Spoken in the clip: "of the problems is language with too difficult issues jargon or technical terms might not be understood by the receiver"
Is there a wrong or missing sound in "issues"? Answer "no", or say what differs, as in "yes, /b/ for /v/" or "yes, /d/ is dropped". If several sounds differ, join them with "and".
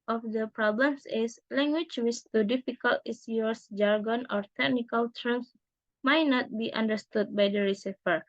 yes, /s/ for /ʃ/ and /s/ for /z/